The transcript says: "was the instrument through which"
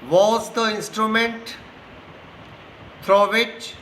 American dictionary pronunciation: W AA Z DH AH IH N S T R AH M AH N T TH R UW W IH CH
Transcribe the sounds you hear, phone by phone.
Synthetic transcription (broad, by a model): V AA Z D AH IH N S T R AH M AH N T F R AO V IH CH